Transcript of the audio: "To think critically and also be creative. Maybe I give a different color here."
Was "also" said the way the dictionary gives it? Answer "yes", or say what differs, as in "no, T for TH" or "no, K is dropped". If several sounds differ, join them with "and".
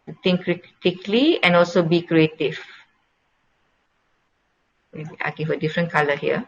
yes